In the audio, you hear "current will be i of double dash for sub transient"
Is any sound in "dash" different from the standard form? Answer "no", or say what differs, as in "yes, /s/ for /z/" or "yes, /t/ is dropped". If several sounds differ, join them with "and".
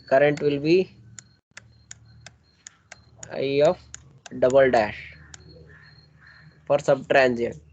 no